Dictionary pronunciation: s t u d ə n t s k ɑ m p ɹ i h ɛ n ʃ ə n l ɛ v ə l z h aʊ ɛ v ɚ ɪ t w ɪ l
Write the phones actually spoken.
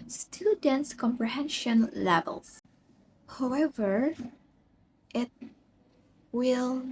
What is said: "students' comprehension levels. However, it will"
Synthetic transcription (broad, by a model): s t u d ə n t s k ɑ m p ɹ i h ɛ n ʃ ə n l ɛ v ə l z h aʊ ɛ v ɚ ɪ t w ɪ l